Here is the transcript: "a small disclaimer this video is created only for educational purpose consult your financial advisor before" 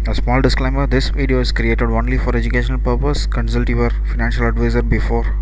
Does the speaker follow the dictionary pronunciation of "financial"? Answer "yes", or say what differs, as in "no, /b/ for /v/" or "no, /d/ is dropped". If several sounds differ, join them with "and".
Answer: yes